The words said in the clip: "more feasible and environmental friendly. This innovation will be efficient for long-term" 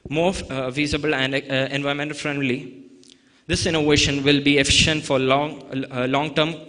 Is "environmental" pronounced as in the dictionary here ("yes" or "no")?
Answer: no